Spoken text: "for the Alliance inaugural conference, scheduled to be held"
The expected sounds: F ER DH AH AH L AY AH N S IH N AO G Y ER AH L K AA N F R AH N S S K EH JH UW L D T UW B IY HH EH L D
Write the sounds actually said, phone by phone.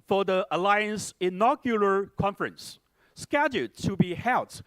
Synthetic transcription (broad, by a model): F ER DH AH AH L AY AH N S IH N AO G Y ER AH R K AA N F R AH N S S K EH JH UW D T UW B IY HH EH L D